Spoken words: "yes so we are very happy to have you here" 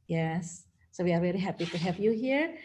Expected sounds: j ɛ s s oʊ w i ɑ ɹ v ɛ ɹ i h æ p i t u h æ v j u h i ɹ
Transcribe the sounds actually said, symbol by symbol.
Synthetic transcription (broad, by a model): j ɛ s s oʊ w i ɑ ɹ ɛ l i h æ p i t u h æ v j u h i ɹ